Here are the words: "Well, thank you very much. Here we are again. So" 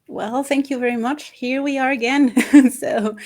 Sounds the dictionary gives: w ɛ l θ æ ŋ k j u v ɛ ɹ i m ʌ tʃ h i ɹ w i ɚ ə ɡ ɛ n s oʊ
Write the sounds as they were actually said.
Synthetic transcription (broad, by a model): w ɛ l θ æ ŋ k j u v ɛ ɹ i m ʌ tʃ h i ɹ w i ɚ ə ɡ ɛ n s oʊ